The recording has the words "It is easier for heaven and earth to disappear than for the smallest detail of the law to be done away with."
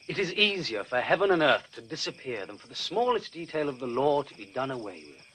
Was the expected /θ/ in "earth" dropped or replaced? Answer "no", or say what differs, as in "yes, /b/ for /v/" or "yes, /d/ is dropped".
no